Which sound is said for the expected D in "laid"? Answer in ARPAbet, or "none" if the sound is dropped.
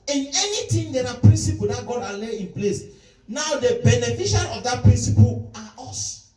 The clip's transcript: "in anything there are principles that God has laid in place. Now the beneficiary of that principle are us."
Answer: none